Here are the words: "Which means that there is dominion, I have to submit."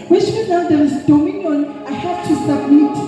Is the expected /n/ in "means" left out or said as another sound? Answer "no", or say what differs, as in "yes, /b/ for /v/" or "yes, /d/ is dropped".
yes, /n/ is dropped